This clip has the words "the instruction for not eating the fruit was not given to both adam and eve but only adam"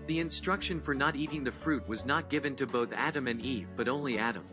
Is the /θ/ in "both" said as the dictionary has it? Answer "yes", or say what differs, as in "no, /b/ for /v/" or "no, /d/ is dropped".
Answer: yes